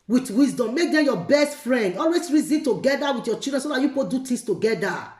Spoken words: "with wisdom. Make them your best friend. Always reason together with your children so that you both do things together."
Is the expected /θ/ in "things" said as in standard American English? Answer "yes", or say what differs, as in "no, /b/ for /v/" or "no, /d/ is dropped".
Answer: no, /t/ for /θ/